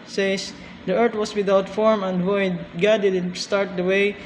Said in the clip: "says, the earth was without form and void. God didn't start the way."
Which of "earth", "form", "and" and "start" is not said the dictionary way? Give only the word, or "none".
earth